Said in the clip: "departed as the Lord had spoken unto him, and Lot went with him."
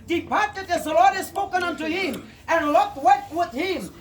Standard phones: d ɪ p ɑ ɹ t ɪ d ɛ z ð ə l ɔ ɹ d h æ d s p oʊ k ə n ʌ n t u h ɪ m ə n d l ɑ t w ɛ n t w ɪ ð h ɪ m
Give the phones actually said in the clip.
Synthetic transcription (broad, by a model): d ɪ p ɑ ɹ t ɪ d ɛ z ð ə l ɔ ɹ d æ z s p oʊ k ə n ʌ n t u h ɪ m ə n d l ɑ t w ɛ t w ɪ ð h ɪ m